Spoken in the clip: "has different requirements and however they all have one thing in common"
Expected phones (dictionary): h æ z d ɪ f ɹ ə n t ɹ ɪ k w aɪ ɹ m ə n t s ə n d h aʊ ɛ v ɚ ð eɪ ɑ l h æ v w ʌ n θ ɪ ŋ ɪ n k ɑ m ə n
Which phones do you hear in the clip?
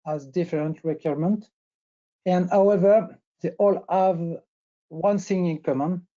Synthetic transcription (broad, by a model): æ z d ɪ f ɹ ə n t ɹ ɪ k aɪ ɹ m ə n t ə n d h aʊ ɛ v ɚ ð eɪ ɑ l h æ v w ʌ n s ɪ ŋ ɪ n k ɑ m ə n